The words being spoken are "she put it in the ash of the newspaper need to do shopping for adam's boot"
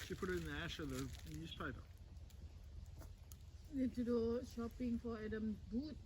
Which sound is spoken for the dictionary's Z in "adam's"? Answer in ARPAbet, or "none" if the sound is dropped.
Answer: none